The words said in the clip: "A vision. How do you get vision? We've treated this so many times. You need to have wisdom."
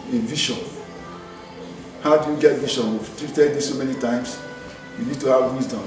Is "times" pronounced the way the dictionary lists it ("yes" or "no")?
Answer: no